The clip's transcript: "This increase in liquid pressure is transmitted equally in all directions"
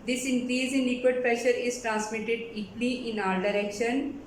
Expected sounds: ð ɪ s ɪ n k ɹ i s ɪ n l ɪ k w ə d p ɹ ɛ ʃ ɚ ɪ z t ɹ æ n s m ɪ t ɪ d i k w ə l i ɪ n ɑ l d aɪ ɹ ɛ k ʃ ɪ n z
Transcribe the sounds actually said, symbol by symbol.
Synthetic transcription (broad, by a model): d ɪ s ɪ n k ɹ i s ɪ n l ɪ k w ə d p ɹ ɛ ʃ ɚ ɪ z t ɹ æ n s m ɪ t ɪ d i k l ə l ɪ n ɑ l d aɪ ɹ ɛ k ʃ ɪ n